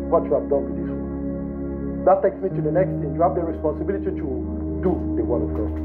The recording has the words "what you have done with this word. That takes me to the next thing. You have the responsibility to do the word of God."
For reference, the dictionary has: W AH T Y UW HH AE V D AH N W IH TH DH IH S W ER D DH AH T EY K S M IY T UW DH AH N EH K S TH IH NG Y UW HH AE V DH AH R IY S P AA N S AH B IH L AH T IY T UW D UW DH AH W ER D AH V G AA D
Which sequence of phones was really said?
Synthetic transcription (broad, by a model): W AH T Y UW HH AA V D AH N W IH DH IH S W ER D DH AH T EY K S M IY T UW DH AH N EH K S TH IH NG Y UW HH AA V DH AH R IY S P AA N S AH B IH L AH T IY T UW D UW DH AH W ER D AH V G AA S